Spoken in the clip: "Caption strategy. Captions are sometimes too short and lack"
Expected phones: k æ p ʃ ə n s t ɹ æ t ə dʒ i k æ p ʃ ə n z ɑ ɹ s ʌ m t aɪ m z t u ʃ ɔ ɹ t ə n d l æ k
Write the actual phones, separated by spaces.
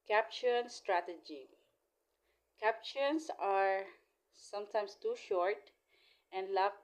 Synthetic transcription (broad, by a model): k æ p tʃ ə n s t ɹ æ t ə dʒ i k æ p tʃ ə n s ɑ ɹ s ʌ m t aɪ m s t u ʃ ɔ ɹ t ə n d l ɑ